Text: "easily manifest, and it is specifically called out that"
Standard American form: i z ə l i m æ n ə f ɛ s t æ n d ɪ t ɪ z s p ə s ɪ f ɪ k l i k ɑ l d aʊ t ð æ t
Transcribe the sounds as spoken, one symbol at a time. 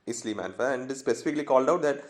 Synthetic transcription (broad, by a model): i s l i m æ n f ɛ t æ n d ɪ t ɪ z s p ə s ɪ f ɪ k l i k ɑ l d aʊ t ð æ t